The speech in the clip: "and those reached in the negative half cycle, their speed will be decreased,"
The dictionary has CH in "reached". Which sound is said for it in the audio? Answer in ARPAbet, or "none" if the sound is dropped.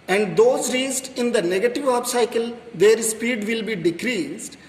S